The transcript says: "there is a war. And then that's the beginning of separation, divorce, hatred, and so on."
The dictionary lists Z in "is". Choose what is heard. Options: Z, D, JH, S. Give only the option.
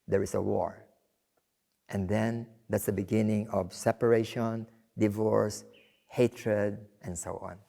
S